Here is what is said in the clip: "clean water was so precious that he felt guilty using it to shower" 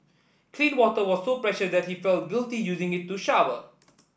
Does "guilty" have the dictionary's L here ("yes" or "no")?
yes